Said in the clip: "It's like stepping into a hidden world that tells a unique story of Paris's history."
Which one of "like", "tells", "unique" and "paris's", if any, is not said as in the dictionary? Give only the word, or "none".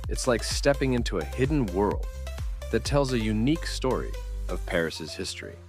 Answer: none